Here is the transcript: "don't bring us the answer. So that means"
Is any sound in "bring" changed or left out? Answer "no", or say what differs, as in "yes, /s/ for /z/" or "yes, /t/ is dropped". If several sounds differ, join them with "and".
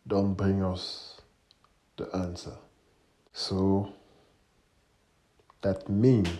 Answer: no